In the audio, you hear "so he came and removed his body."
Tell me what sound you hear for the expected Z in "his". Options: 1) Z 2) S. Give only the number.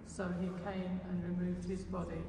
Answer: 1